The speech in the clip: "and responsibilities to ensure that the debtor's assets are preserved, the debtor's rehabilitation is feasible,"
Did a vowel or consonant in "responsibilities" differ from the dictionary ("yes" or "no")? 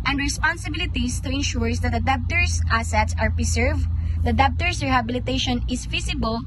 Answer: yes